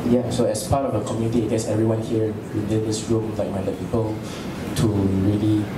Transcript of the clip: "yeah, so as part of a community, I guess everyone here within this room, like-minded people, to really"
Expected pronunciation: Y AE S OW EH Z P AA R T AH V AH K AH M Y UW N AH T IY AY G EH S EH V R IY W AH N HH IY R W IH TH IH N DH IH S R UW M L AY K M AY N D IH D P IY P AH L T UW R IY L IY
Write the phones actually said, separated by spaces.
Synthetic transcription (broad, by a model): Y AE S OW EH S P AA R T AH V AH K AH M Y UW N AH T IY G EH S EH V R IY W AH N HH IY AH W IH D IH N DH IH S R UW M L AY K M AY D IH P IY P AH L T UW R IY L IY